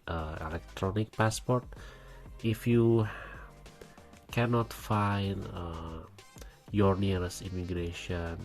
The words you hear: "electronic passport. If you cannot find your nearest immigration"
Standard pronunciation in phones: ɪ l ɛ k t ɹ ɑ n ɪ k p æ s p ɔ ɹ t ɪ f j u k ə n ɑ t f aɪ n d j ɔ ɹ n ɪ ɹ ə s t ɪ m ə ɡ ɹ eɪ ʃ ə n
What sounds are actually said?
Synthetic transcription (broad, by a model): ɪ l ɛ k t ɹ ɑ n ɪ k p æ s p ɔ ɹ t ɪ f j u k ə n ɑ t f aɪ n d j ɔ ɹ n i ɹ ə s i m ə ɡ ɹ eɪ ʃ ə n